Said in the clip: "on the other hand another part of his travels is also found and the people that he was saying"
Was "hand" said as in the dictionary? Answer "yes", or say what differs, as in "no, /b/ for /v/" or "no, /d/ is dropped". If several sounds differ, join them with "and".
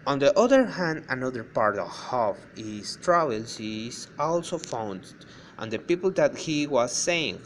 yes